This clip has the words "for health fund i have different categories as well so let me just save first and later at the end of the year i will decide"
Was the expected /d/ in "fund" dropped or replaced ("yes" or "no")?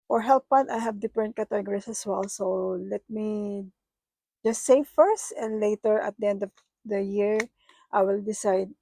yes